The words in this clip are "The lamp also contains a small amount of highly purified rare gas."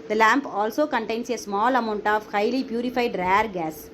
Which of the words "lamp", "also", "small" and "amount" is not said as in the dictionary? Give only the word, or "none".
none